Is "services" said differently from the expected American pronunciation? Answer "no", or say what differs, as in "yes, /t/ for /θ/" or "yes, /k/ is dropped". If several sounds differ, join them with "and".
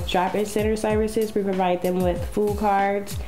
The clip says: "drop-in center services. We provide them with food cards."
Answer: no